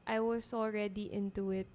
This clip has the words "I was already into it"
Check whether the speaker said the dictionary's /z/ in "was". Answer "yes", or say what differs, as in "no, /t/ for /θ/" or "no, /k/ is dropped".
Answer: no, /s/ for /z/